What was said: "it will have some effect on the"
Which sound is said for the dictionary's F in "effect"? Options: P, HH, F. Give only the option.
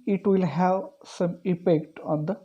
P